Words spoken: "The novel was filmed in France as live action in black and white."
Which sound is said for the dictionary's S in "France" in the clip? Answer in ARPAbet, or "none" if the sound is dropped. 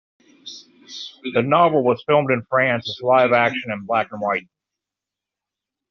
S